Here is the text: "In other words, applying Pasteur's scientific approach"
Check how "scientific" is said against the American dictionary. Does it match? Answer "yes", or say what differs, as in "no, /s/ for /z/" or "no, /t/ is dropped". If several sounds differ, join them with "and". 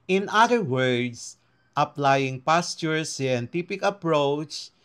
no, /p/ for /f/